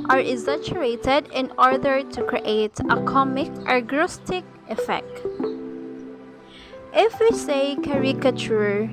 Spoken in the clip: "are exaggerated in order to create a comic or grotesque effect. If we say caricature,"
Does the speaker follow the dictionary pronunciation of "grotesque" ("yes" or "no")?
no